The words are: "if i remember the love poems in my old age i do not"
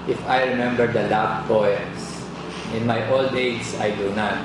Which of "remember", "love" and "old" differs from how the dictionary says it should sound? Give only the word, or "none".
love